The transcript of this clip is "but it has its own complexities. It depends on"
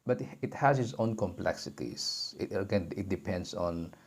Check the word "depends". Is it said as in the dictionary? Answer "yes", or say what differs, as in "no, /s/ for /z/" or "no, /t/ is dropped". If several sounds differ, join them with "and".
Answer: no, /s/ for /z/